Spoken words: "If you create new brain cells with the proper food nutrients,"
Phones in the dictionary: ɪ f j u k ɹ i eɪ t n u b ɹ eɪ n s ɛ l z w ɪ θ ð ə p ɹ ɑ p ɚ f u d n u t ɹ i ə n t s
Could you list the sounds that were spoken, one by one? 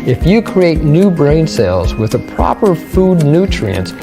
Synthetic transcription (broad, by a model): ɪ f j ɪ k ɹ i eɪ t n u b ɹ eɪ n s ɛ l z w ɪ ð ə p ɹ ɑ p ɚ f u d n u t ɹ i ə n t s